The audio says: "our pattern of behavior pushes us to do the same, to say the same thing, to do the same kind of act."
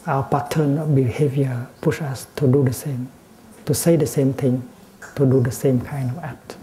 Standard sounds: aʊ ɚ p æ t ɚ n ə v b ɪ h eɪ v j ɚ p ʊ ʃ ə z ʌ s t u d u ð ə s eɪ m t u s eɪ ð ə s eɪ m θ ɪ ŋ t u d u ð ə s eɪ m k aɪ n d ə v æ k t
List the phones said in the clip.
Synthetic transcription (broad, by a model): aʊ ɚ p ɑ t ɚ n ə b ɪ h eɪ v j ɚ p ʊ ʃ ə s t u d u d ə s eɪ m t u s eɪ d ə s eɪ m t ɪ ŋ t u d u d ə s eɪ m k aɪ n d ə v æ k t